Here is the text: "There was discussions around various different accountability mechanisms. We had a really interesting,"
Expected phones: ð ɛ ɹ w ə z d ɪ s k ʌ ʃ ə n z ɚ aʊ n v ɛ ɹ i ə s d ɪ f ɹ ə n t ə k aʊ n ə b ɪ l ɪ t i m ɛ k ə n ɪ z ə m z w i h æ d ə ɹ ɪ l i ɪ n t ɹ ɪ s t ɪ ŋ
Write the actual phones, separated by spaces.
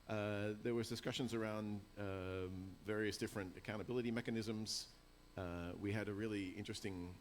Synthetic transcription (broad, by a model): ð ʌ ɹ w ə z d ɪ s k ʌ ʃ ə n z ɚ aʊ n v ɛ ɹ i ə s d ɪ f ɹ ə n t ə k aʊ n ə b ɪ l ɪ t i m ɛ k ə n ɪ z ə m z w i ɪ d ə ɹ ɪ l i ɪ n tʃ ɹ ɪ s t ɪ ŋ